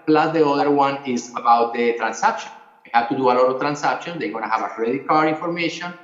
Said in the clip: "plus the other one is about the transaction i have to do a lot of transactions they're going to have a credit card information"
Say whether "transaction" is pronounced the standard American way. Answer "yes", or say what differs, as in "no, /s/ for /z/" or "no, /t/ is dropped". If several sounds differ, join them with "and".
no, /s/ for /z/